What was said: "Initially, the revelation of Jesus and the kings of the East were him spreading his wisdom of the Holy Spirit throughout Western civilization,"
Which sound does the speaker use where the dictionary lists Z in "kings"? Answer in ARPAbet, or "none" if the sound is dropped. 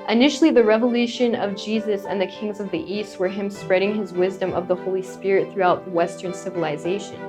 Z